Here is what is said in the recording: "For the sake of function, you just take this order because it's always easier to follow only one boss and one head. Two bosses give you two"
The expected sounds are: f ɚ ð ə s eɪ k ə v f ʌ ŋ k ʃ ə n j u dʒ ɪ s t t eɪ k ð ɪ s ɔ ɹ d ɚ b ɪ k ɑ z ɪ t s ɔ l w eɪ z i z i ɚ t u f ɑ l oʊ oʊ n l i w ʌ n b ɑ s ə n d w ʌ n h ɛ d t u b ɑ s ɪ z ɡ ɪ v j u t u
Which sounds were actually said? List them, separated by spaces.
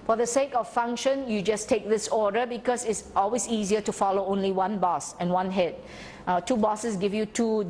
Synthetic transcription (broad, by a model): f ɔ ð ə s eɪ k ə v f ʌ ŋ k ʃ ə n j u dʒ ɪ s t t eɪ k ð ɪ s ɔ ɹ d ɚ b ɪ k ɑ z ɪ t s ɔ l w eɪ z i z i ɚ t u f ɑ l oʊ oʊ n l i w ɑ n b ɑ s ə n w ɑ n h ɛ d t u b ɑ s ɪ s ɡ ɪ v j u t u